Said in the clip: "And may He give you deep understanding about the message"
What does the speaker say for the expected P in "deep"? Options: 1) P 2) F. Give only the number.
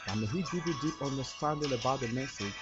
1